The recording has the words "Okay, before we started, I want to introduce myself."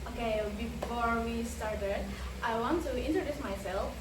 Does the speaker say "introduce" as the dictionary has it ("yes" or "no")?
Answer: yes